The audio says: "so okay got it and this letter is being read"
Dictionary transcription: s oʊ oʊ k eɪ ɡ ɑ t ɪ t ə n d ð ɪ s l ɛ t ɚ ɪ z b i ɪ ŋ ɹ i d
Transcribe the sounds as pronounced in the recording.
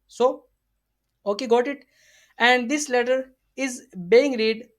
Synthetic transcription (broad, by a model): s oʊ oʊ k eɪ ɡ ɑ t ɪ t ə n d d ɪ s l ɛ t ɚ ɪ z b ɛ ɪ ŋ ɹ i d